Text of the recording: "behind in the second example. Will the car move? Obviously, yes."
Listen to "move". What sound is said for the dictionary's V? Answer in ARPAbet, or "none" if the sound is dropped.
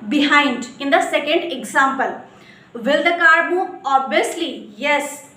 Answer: none